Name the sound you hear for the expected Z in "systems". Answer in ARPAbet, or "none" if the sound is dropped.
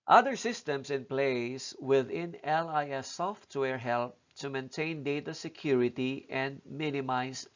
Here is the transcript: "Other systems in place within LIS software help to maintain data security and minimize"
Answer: S